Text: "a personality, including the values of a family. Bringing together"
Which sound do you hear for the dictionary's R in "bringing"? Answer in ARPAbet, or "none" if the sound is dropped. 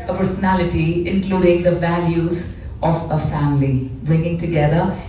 R